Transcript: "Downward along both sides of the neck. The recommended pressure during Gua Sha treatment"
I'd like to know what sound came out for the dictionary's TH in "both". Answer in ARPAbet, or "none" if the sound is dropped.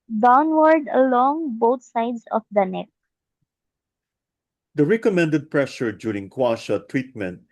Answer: T